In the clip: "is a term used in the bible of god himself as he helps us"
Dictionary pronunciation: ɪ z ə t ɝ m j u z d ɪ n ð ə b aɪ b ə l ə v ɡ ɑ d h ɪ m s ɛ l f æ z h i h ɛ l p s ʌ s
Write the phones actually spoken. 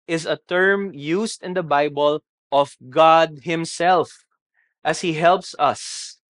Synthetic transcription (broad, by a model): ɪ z ə t ɝ m j u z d ɪ n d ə b aɪ b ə l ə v ɡ ɑ d h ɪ m s ɛ l f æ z h i h ɛ l p s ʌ s